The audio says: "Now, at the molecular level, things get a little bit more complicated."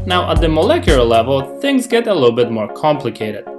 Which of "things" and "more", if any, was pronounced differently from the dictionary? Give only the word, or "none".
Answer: none